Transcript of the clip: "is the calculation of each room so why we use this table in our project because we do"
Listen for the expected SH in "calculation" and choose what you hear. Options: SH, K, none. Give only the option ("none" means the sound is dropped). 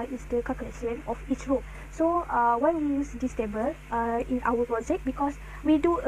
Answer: none